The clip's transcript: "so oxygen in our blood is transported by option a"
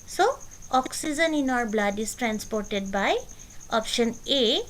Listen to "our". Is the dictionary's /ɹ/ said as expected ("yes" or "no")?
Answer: yes